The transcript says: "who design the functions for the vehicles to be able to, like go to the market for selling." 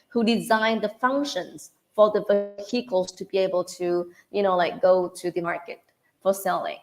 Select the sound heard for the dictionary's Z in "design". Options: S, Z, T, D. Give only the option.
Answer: Z